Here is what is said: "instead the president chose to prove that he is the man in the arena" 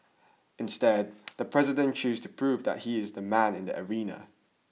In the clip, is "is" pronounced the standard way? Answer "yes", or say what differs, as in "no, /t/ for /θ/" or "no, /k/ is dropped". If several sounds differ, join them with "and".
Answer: yes